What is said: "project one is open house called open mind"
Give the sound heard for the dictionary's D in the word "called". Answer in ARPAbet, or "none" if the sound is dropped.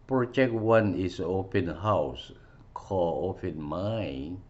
none